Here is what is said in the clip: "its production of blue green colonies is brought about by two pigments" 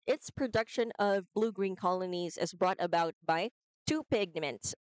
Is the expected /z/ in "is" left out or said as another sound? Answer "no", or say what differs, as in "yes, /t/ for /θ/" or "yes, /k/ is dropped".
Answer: no